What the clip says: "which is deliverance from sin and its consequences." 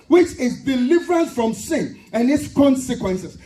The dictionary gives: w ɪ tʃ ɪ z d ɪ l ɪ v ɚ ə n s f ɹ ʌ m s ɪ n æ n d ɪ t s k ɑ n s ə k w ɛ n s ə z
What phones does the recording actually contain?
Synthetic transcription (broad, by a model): w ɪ tʃ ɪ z d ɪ l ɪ v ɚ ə n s f ɹ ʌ m s ɪ n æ n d ɪ t s k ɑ n s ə k w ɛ n s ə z